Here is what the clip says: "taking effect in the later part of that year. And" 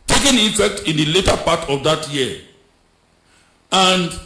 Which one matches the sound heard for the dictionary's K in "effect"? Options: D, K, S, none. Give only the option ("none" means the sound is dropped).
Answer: K